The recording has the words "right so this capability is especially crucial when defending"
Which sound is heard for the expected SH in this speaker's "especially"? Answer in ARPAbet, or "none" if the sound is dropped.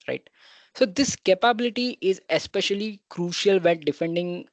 SH